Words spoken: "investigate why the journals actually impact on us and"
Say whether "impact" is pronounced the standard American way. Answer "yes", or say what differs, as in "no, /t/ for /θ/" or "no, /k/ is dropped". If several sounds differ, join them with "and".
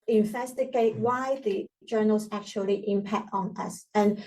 yes